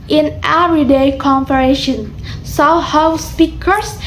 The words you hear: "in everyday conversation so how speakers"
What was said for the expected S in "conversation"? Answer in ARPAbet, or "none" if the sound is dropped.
none